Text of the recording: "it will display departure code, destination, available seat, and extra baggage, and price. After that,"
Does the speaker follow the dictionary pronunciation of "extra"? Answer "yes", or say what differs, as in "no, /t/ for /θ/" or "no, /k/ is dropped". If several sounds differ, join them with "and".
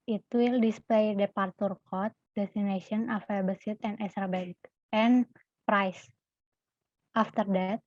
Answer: no, /k/ is dropped